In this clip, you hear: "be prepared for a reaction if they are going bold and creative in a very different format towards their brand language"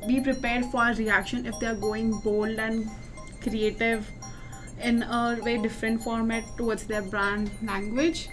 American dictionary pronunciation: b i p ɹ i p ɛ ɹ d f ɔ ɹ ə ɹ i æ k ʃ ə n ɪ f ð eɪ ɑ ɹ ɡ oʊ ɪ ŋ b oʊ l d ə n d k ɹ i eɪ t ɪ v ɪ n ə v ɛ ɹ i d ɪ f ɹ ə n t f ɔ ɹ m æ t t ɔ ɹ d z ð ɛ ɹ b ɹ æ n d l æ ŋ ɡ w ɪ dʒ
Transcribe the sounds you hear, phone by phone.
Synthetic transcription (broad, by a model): b i p ɹ i p ɛ ɹ d f ɔ ɹ ɹ i æ k ʃ ə n ɪ f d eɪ ɑ ɹ ɡ oʊ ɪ ŋ b oʊ l d ə n d k ɹ i eɪ t ɪ v ɪ n ə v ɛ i d ɪ f ɹ ə n t f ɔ ɹ m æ t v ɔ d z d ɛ ɹ b ɹ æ n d l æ ŋ ɡ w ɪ dʒ